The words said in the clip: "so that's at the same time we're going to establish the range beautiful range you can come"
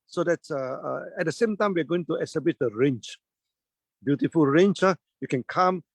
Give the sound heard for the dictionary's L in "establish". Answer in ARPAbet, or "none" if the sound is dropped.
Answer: none